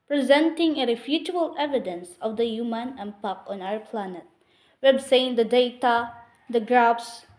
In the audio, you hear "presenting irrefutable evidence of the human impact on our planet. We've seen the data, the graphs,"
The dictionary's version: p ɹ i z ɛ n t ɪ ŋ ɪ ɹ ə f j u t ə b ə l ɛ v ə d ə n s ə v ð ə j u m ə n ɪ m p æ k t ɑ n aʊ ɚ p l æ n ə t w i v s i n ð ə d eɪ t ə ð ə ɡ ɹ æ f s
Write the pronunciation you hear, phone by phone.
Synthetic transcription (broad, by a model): p ɹ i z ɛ n t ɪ ŋ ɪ ɹ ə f j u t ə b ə l ɛ v ə d ə n s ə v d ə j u m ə n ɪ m p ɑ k ɑ n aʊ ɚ p l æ n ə t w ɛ b s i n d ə d eɪ t ə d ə ɡ ɹ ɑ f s